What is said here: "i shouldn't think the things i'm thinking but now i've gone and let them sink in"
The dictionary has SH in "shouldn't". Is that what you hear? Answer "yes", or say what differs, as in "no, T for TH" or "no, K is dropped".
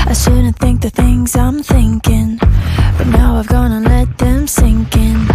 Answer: no, S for SH